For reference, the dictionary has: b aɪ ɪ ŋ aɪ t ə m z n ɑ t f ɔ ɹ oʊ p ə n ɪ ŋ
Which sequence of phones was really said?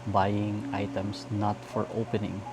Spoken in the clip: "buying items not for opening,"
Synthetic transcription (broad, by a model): b aɪ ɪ ŋ aɪ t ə m s n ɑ t f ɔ ɹ oʊ p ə n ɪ ŋ